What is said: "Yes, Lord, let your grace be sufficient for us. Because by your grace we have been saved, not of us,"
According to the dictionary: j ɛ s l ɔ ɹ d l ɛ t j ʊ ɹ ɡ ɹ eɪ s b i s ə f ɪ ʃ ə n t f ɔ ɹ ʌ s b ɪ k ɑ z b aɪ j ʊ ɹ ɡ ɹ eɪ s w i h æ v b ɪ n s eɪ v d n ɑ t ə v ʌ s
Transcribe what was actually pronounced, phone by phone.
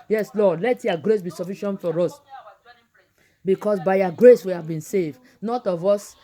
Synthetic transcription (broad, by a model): j ɛ s l ɔ d l ɛ t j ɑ ɡ ɹ eɪ s b i s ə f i ʃ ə n t f ɔ ɹ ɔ s b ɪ k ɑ s b aɪ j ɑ ɡ ɹ eɪ s w i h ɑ v b ɪ n s eɪ v d n ɑ t ə v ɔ s